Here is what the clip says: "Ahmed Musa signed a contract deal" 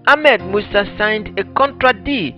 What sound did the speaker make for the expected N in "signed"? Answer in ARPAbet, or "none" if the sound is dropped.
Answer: N